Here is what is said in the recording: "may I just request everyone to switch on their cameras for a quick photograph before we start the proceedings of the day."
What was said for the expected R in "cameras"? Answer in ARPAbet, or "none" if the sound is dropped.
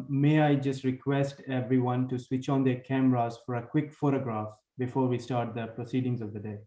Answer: R